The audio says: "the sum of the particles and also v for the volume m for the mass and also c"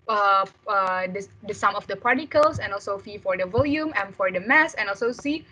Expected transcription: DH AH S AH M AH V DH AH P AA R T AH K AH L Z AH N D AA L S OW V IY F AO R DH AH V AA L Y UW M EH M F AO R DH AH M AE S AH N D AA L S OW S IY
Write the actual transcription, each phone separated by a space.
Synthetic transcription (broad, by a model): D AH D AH M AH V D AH P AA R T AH K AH L S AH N AA L S OW F IY F AO R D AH V AA L Y UW M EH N F AO R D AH M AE S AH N AA L S OW S IY